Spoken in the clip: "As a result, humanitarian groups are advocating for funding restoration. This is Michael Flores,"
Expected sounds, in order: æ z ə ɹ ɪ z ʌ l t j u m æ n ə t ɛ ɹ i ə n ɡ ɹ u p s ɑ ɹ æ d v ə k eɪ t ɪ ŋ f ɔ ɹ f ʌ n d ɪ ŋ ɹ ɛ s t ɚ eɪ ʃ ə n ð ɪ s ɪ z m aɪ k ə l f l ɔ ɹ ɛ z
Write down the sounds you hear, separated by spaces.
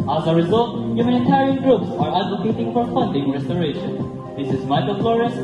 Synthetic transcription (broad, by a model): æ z ə ɹ ɪ z ʌ l t j u m æ n ə t ɛ ɹ i ə n ɡ ɹ u p s ɑ ɹ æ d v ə k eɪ t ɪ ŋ f ɔ ɹ f ʌ n d ɪ ŋ ɹ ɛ s t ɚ eɪ ʃ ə n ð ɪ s ɪ z m aɪ k ə l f l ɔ ɹ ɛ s